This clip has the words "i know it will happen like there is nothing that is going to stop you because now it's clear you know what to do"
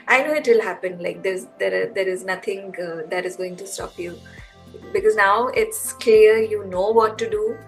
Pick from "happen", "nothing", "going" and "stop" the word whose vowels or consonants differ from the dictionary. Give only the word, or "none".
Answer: nothing